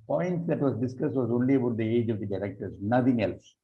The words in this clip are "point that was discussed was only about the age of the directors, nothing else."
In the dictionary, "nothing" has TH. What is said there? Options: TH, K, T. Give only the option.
T